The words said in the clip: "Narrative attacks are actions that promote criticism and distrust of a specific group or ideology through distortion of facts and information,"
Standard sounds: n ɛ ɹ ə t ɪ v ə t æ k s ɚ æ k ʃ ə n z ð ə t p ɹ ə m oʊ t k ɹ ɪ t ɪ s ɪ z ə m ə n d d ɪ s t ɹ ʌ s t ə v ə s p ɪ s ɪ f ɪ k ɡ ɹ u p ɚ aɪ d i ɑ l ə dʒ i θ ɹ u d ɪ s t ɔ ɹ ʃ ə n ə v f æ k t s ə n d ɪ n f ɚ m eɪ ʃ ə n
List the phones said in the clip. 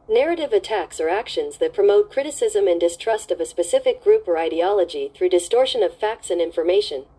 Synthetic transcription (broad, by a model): n ɛ ɹ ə t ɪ v ə t æ k s ɚ æ k ʃ ə n z ð ə t p ɹ ə m oʊ t k ɹ ɪ t ɪ s ɪ z ə m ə n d d ɪ s t ɹ ʌ s t ə v ə s p ɪ s ɪ f ɪ k ɡ ɹ u p ɚ aɪ d i ɑ l ə dʒ i θ ɹ u d ɪ s t ɔ ɹ ʃ ə n ə v f æ k t s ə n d ɪ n f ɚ m eɪ ʃ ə n